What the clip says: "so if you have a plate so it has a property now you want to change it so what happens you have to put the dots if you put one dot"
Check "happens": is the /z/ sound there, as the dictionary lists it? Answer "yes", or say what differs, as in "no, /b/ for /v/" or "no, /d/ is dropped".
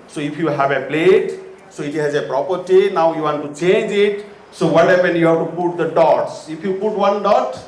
no, /z/ is dropped